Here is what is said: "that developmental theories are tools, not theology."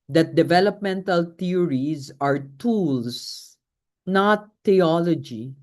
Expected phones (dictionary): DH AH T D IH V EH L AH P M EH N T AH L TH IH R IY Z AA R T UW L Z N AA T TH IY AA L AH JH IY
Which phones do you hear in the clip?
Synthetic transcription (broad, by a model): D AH T D IH V EH L AH P M EH N T AH L T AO R IY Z AA R T UW L S N AA T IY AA L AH JH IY